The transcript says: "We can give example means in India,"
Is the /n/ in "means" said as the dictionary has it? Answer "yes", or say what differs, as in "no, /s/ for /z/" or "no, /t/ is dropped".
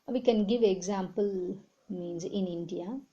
yes